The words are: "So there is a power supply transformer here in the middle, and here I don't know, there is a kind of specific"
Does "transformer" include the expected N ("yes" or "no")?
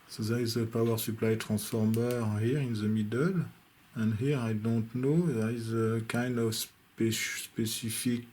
no